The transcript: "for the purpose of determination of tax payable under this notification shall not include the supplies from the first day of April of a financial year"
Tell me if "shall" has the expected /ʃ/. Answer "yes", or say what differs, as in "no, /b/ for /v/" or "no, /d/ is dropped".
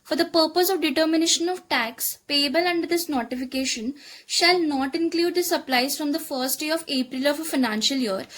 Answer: yes